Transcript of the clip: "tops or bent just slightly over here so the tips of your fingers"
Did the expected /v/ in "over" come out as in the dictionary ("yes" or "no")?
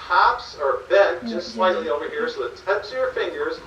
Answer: yes